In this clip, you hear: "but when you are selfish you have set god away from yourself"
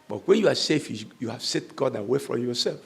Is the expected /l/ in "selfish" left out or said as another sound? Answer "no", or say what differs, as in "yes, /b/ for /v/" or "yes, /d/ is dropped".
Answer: yes, /l/ is dropped